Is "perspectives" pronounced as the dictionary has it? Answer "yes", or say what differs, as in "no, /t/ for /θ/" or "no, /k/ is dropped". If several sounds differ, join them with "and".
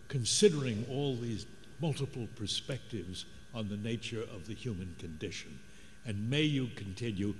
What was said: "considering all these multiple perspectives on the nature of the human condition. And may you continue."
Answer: yes